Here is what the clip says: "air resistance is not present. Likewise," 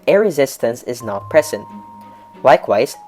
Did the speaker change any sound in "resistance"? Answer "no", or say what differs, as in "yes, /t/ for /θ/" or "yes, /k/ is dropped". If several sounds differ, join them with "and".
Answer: no